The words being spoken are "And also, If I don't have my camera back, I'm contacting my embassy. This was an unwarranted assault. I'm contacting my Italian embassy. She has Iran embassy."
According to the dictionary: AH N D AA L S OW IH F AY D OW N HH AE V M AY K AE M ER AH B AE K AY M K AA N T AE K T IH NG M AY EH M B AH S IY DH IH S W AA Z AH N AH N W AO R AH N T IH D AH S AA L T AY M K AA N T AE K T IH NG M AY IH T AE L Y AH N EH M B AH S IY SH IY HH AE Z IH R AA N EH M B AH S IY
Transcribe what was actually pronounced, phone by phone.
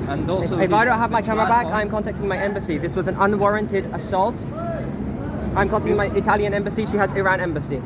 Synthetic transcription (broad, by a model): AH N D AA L IH IH F AY D OW N HH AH V M AY K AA M ER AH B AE K AY M K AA N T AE K T IH NG M AY EH M B AH S IY DH IH S W AA Z AH N AH N W AO R AH N T IH D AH S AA L T AY M K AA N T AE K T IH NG M AY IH T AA L Y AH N EH M B AH S IY SH IY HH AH Z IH R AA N EH M B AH S IY